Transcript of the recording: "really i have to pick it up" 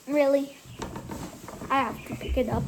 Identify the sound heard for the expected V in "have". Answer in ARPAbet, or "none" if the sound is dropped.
F